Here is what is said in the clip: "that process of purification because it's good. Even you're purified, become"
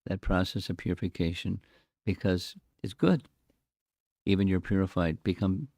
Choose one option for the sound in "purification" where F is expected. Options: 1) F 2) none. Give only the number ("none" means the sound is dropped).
1